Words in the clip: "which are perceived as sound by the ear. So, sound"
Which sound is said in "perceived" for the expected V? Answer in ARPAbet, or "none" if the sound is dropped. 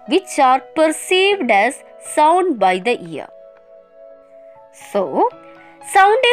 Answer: V